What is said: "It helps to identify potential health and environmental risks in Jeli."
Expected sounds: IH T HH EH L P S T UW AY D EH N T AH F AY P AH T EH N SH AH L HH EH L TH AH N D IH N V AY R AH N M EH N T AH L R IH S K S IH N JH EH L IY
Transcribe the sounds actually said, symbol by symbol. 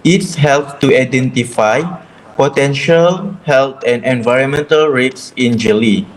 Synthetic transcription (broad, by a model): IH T HH EH L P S T UW AY D EH N T AH F AY P AH T EH N SH AH L HH EH L T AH N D IH N V AY R AH N M EH N T AH L R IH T S IH N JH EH L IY